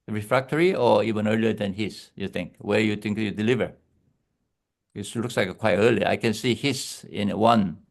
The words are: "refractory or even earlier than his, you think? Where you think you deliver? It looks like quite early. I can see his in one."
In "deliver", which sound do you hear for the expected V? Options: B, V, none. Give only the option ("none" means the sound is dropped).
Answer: V